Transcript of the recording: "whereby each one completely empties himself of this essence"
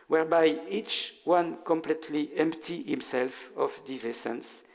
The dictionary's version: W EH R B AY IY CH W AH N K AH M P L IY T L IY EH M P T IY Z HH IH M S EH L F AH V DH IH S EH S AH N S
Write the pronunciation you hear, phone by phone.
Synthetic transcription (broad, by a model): W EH R B AY IY CH W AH N K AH M P L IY T L IY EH M P T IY HH IH M S EH L F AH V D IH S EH S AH N S